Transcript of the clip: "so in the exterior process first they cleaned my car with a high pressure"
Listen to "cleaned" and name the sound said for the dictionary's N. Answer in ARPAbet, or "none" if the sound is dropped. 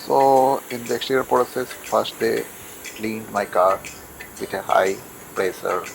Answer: N